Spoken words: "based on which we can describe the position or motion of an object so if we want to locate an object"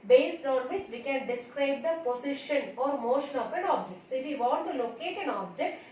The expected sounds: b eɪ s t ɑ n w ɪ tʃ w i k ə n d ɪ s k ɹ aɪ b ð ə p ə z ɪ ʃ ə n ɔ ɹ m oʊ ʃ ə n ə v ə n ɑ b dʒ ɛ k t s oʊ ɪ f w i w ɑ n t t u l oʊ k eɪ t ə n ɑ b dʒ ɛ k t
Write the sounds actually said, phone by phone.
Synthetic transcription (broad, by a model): b eɪ s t ɑ n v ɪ tʃ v i k ə n d ɪ s k ɹ aɪ b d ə p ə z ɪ ʃ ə n ɔ ɹ m oʊ ʃ ə n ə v ə n ɑ b dʒ ɛ k t s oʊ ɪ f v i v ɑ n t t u l oʊ k eɪ t ə n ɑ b dʒ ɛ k t